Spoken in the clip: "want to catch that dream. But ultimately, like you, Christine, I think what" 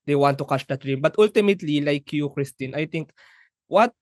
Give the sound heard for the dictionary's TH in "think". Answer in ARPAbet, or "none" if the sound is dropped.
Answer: T